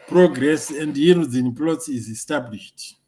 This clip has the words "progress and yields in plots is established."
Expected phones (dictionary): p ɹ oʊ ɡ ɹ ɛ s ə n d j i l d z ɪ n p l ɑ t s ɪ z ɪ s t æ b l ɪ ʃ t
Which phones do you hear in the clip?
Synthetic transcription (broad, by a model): p ɹ oʊ ɡ ɹ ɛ s ə n d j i d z ɪ n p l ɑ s ɪ z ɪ s t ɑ b l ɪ ʃ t